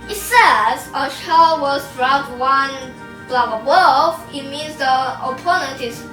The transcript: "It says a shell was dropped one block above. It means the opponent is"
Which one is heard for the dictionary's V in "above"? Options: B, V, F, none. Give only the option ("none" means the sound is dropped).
F